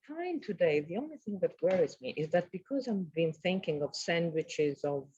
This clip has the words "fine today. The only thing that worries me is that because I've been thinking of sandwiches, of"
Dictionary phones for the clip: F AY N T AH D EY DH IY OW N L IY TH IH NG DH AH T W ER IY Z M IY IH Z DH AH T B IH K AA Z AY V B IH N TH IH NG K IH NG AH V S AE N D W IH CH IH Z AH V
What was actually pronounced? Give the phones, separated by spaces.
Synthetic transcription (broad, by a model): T AY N T AH D EY DH IY OW N L IY TH IH NG DH AH T W ER IY Z M IY IH Z DH AH T B IH K AA Z AY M B IH N TH IH NG K IH NG AH V S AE N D W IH CH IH Z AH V